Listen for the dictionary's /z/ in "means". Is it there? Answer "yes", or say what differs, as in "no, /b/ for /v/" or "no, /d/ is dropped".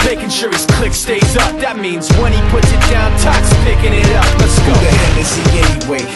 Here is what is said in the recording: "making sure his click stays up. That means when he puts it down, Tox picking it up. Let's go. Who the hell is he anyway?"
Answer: yes